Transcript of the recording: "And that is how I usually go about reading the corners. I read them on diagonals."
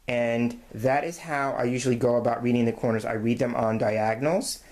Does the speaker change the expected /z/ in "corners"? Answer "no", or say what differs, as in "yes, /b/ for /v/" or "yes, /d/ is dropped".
no